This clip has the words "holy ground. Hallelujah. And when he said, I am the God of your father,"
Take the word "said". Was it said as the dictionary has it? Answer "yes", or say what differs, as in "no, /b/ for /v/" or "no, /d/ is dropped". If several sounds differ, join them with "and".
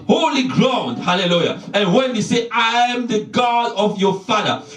no, /d/ is dropped